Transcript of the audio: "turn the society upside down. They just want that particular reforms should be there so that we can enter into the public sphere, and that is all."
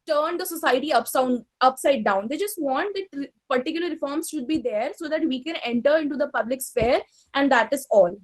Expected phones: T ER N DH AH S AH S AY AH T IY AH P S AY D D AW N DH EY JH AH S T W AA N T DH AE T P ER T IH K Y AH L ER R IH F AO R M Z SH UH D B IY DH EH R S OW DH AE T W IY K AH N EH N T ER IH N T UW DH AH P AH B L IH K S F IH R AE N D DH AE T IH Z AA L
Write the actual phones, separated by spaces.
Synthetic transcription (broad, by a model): T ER N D AH S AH S AY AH S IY AH P S AY D D AW N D EY JH AH S T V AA N T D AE T P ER T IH K Y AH L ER R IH F AO R M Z SH UH D B IY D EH R S OW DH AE T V IY K AH N EH N T ER IH N T UW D AH P AH B L IH K S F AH R AE N D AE T IH Z AA L